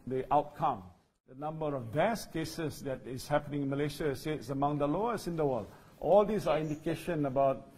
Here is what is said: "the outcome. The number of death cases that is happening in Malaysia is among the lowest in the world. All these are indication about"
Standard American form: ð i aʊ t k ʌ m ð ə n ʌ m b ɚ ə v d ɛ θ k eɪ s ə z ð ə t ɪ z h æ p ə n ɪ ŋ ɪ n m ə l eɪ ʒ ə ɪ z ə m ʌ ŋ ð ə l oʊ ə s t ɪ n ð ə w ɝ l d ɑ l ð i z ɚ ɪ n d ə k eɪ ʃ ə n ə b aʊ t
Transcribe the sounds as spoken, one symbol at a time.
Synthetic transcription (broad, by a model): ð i aʊ t k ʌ m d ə n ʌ m b ɚ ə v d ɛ s k eɪ s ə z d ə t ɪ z h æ p ə n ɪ ŋ ɪ n m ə l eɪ ʃ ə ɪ s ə m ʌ ŋ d ə l oʊ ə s ɪ n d ə w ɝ l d ɑ l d i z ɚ ɪ n d ə k eɪ ʃ ə n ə b aʊ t